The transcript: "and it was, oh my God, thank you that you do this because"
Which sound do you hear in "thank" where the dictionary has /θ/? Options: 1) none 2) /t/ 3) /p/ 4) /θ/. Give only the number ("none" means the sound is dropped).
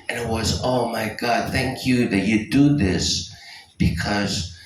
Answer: 4